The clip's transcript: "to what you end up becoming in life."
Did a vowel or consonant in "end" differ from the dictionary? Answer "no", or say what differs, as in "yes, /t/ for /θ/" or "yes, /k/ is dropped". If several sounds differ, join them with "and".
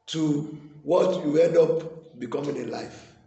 yes, /n/ is dropped